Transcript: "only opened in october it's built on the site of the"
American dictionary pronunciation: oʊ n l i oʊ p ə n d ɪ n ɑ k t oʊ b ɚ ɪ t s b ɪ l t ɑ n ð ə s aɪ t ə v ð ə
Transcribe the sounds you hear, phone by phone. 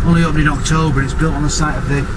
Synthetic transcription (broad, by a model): oʊ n l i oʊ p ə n ɪ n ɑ k t oʊ b ɚ ɪ t s b ɪ l t n ð ə s aɪ t ə v ð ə